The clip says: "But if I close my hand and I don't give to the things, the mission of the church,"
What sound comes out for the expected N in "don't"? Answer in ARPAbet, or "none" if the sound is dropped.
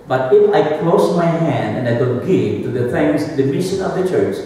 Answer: L